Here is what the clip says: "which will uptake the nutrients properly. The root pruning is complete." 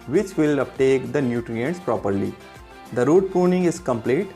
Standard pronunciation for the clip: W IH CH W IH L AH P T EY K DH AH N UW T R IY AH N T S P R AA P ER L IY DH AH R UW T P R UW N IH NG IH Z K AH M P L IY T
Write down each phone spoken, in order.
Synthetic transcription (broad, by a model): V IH CH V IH L AH P T EY K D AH N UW T R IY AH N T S P R AA P ER L IY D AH R UW T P UW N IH NG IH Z K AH M P L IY T